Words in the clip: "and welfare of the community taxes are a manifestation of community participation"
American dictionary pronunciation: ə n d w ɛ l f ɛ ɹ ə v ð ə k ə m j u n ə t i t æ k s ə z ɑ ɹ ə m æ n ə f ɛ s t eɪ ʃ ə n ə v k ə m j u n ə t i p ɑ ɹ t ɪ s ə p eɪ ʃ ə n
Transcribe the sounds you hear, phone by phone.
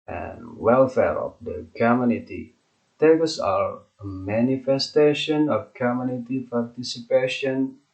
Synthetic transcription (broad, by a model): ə n w ɛ l f ɛ ɹ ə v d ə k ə m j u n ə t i t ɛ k ə s ɑ ɹ ə m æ n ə f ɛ s t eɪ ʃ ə n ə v k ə m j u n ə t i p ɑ ɹ t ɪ s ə p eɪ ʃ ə n